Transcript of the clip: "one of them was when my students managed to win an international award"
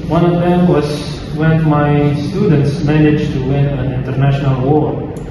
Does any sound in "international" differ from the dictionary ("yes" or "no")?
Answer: no